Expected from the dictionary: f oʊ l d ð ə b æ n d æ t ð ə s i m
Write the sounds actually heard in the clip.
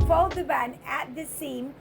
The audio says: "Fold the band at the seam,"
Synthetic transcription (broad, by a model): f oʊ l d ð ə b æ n æ t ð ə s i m